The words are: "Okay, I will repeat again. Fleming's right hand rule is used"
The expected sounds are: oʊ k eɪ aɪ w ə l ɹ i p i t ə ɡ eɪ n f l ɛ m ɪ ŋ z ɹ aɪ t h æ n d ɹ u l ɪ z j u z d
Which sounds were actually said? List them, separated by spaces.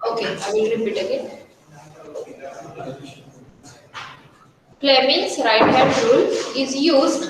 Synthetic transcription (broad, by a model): oʊ k eɪ aɪ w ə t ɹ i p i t ə ɡ eɪ n p l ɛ m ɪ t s ɹ aɪ t h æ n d ɹ u l ɪ z j u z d